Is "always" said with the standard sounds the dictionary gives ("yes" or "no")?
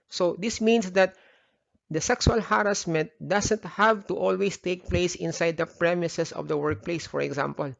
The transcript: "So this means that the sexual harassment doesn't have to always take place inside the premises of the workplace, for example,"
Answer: no